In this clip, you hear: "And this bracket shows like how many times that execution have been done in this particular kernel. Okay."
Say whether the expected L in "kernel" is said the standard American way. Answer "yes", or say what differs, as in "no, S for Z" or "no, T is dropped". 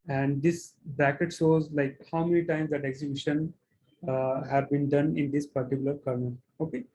no, N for L